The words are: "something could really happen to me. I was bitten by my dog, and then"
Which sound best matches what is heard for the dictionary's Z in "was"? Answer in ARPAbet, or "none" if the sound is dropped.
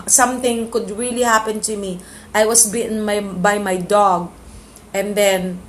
S